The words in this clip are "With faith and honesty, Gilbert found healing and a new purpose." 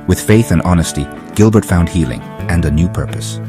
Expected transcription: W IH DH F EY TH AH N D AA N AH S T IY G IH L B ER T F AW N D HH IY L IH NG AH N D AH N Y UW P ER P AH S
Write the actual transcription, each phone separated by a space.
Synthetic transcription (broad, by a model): W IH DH F EY TH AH N AA N AH S T IY G IH L B ER T F AW N D HH IY L IH NG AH N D AH N Y UW P ER P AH S